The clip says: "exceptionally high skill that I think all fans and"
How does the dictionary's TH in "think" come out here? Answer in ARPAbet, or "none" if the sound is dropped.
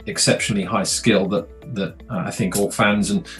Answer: TH